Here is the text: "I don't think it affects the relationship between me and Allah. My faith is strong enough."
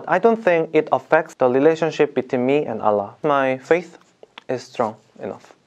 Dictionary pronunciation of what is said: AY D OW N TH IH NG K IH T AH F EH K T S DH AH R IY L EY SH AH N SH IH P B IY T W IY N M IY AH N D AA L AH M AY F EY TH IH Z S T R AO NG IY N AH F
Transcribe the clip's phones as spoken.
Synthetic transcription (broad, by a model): AY D OW N TH IH NG K IH T AH F EH K T S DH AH R IY L EY SH AH N SH IH P B IY T W IY N M IY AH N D AA L AH M AY F EY TH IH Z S T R AO NG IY N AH F